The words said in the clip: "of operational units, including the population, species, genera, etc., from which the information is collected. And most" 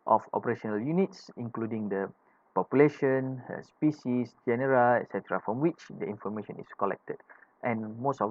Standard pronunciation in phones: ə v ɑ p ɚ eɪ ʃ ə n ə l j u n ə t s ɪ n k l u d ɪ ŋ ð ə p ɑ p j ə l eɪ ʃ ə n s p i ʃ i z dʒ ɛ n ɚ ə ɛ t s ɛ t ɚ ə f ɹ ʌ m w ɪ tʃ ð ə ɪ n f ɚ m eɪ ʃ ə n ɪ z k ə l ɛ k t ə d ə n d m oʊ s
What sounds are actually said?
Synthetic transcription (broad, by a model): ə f ɑ p ɚ eɪ ʃ ə n ə l j u n ə t s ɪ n k l u d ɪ ŋ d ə p ɑ p j ə l eɪ ʃ ə n s p i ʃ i s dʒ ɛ n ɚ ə ɛ t s ɛ t ɚ ə f ɹ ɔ m w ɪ tʃ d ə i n f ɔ m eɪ ʃ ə n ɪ s k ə l ɛ k t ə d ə n m oʊ s